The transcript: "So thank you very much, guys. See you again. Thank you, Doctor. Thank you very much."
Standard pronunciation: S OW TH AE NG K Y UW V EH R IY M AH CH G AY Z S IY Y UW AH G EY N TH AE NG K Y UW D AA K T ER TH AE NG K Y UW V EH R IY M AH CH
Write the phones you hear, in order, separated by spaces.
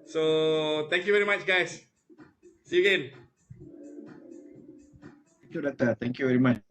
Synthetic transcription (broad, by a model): S OW T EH NG K Y UW V EH R IY M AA CH G AY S S IY AH G EY N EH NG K Y UW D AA T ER T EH NG K Y UW V EH R IY M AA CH